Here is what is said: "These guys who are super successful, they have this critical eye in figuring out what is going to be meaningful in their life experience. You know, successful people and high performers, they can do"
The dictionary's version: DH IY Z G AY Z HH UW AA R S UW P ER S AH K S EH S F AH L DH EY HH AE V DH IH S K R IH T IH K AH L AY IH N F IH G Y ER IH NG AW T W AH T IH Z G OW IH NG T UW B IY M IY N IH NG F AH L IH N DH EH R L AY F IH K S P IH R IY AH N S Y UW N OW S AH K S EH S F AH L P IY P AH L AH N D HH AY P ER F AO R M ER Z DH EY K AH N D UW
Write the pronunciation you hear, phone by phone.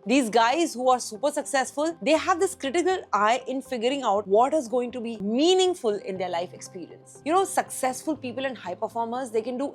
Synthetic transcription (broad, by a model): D IY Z G AY Z HH UW AA R S UW P ER S AH K S EH S F AH L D EY HH AE V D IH S K R IH T IH K AH L AY IH N F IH G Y ER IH NG AW T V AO T IH Z G OW IH NG T UW B IY M IY N IH NG F AH L IH N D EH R L AY F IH K S P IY R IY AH N S Y UW N OW S AH K S EH S F AH L P IY P AH L AH N D HH AY P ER F AO R M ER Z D EY K AH N D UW